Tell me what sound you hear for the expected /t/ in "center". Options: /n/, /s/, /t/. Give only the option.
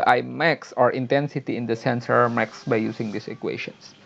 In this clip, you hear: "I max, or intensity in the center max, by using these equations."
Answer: /s/